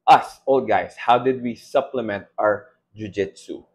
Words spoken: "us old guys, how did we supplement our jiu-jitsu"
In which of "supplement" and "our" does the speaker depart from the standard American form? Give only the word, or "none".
none